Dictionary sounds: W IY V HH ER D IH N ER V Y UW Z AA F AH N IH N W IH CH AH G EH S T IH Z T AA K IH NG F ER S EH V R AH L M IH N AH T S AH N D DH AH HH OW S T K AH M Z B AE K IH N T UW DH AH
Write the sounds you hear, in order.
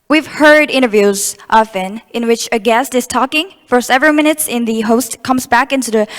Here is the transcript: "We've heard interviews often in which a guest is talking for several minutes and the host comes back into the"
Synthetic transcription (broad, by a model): W IY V HH ER D IH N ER V Y UW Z AA F AH N IH N W IH CH AH G EH S T IH Z T AA K IH NG F ER S EH V R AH L M IH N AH T S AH N DH AH HH OW S T K AH M Z B AE K IH N T UW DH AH